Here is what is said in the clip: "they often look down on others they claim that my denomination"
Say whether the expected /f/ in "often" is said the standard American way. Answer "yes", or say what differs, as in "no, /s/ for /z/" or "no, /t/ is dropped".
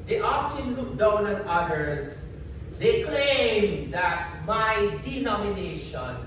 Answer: no, /p/ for /f/